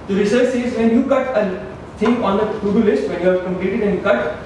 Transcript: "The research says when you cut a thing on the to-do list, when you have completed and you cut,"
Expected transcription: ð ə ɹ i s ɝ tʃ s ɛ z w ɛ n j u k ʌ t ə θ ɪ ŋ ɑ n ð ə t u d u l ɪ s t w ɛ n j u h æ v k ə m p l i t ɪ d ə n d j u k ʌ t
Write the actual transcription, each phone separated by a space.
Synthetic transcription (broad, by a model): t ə ɹ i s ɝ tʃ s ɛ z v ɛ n j u k ʌ t ə t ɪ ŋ ɑ n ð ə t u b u l ɪ s t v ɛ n j u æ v k ə m p l i t ɪ d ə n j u k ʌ t